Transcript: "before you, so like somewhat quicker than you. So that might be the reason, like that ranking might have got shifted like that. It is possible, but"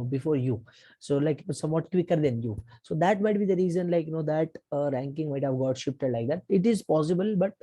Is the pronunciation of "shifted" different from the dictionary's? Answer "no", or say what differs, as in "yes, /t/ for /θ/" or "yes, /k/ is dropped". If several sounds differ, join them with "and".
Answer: yes, /p/ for /f/